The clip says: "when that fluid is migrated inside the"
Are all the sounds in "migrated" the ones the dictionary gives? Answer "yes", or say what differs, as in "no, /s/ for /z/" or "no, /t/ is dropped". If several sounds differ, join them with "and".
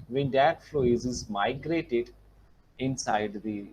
yes